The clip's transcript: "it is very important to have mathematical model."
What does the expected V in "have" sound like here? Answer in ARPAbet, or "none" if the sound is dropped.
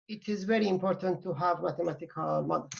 V